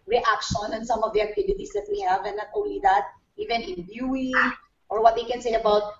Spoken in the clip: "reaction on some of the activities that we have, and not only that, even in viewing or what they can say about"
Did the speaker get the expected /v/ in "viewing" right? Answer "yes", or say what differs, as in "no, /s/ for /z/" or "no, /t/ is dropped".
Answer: no, /b/ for /v/